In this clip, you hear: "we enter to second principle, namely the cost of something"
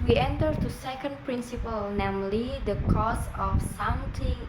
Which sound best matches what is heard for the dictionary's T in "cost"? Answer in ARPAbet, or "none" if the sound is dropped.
none